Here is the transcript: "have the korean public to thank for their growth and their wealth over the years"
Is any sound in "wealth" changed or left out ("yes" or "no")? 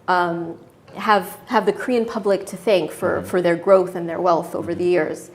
no